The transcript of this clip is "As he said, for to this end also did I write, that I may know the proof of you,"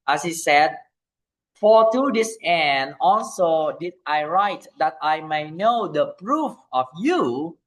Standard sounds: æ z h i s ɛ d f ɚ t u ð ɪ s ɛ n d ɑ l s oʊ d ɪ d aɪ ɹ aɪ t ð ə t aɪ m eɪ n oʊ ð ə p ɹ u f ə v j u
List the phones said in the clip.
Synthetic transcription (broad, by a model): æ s h i s ɛ d f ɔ t u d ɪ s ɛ n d ɑ l s oʊ d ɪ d aɪ ɹ aɪ t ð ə t aɪ m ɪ n oʊ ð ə p ɹ u f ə f j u